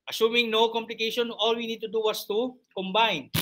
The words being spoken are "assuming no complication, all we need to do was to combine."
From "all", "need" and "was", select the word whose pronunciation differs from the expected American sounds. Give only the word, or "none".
was